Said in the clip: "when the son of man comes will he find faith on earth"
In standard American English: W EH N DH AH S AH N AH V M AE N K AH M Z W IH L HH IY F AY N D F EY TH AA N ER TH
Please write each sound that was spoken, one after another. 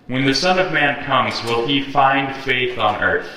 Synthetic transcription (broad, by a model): W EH N DH AH S AH N AH V M AE N K AH M Z W IH L IY F AY N D F EY TH N ER TH